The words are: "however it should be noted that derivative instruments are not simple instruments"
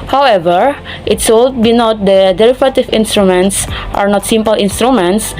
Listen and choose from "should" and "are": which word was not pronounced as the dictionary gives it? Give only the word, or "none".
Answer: should